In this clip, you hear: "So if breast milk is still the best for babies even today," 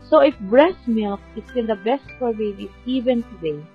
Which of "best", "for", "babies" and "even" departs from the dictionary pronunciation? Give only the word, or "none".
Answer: babies